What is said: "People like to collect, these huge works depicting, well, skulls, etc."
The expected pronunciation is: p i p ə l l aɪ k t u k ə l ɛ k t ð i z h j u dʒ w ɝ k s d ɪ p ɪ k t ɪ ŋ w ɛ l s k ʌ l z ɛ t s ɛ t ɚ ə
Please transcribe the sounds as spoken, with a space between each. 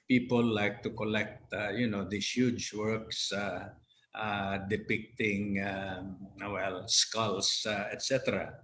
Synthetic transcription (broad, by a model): p i p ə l l aɪ k t u k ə l ɛ k t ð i s h j u dʒ w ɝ k s d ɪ p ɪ k t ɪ ŋ w ɛ l s k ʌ l s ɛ t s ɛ t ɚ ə